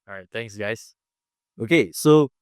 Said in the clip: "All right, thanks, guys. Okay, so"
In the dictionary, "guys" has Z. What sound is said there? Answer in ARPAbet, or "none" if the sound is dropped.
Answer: S